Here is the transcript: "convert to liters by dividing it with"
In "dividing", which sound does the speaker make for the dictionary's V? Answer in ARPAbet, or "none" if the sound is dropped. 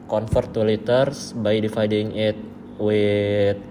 F